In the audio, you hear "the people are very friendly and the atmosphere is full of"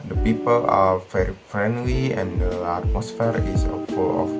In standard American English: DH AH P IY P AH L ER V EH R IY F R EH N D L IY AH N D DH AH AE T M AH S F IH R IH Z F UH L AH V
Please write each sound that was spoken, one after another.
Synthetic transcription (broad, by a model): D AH P IY P AH L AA F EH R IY F R EH N D L IY AH N D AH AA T M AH S F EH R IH S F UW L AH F